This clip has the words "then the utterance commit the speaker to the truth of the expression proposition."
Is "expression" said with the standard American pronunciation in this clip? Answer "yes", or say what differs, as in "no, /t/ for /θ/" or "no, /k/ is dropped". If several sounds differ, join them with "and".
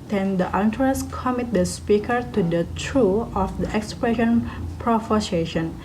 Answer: yes